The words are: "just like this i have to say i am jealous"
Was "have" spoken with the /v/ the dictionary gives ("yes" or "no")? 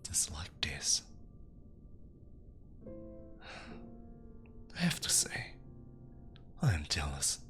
no